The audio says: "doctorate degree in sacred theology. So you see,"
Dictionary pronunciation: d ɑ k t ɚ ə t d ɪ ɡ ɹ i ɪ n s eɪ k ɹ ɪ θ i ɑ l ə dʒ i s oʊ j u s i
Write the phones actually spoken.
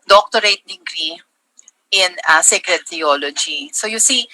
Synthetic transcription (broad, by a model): d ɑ k t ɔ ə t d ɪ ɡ ɹ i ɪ n s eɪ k ɹ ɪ t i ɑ l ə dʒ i s oʊ j u s i